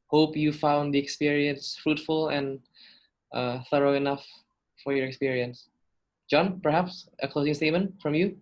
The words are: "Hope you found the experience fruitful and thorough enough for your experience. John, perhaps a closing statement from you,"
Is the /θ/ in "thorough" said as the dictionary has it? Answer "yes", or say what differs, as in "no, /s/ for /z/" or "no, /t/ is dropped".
yes